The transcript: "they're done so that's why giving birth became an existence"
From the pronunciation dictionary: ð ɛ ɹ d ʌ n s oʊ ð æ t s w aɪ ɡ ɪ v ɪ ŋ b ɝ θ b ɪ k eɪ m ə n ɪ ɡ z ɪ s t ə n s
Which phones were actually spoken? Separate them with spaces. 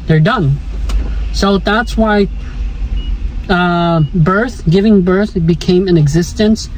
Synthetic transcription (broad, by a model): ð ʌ ɹ d ʌ n s oʊ ð æ t s w aɪ ɡ ɪ v ɪ ŋ b ɝ θ b ɪ k eɪ m ə n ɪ ɡ z ɪ s t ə n s